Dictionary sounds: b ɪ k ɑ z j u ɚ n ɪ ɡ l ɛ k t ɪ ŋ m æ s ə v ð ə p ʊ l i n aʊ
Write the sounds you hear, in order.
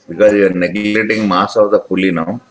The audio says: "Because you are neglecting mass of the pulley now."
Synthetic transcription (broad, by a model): b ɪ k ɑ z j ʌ n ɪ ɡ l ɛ t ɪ ŋ m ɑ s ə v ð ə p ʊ l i n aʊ